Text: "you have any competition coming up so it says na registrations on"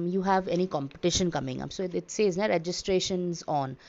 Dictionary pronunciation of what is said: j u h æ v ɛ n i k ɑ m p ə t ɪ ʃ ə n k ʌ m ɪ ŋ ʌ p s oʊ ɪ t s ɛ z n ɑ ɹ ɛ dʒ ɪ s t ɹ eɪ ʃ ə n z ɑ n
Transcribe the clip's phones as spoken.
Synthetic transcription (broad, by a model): j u h æ v ɛ n i k ɑ m p ə t ɪ ʃ ə n k ʌ m ɪ ŋ ʌ p s oʊ ɪ t s ɛ z n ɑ ɹ ɛ dʒ ɪ s t ɹ eɪ ʃ ə n z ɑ n